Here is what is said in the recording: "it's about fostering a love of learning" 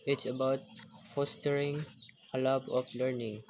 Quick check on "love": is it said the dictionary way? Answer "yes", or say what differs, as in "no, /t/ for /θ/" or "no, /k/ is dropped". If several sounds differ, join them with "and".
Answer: no, /b/ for /v/